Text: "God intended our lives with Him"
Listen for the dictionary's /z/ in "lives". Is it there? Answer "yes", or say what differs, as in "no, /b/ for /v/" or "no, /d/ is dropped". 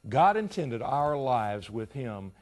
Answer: yes